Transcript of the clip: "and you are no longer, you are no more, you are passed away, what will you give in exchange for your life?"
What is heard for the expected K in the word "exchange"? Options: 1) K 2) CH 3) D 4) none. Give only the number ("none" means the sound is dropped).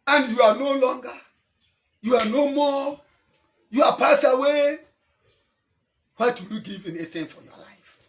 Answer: 4